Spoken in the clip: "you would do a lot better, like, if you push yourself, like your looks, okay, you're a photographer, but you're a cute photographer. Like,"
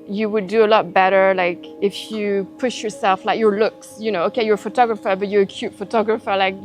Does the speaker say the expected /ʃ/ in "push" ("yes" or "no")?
yes